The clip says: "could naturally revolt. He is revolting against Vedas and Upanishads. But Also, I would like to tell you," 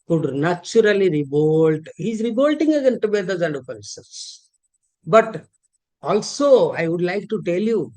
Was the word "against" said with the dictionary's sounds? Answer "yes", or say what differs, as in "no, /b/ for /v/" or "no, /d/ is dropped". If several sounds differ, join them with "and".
no, /s/ is dropped